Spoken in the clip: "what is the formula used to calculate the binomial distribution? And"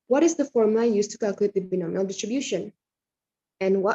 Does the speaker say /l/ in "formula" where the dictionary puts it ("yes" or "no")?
no